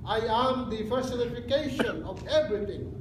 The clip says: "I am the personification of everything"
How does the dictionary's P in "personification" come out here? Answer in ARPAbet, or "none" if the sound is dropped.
F